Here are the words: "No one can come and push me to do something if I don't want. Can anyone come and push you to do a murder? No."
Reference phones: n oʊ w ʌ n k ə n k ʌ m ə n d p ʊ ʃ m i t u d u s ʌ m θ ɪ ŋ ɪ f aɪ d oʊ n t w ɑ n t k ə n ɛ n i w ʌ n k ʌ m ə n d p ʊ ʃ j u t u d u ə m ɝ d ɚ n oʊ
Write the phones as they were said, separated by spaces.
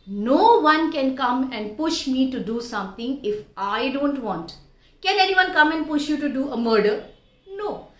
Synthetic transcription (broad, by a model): n oʊ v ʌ n k ə n k ʌ m ə n d p ʊ ʃ m i t u d u s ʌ m t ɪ ŋ ɪ f aɪ d oʊ n t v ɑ n t k ə n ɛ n i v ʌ n k ʌ m ə n d p ʊ ʃ j u t u d u ə m ɝ d ɚ n oʊ